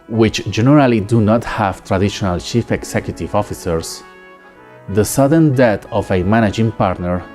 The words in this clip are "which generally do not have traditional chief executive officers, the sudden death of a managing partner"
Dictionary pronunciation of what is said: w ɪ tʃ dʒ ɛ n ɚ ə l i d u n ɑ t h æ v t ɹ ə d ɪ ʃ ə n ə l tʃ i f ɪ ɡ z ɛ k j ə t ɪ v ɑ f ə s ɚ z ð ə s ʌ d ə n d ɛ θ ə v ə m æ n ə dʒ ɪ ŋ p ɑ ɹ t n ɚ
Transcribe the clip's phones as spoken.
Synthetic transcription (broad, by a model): w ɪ tʃ dʒ ɛ n ɚ ə l i d u n ɑ t h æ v t ɹ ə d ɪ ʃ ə n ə l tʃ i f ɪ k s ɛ k j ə t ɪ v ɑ f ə s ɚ s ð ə s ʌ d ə n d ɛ t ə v ə m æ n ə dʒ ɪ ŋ p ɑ ɹ t n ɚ